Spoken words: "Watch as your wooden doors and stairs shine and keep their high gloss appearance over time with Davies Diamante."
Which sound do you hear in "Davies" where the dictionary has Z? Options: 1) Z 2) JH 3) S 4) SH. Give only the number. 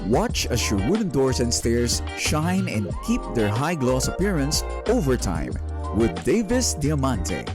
3